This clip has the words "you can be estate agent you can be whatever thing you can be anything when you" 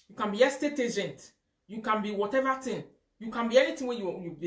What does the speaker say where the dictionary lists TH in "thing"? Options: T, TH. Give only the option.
T